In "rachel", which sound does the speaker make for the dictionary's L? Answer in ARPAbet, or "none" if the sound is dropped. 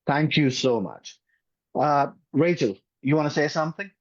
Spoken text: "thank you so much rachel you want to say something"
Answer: L